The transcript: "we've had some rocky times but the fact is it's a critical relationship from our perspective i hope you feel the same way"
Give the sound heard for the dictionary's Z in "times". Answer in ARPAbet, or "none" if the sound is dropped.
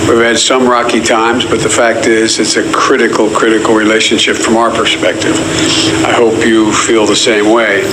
Z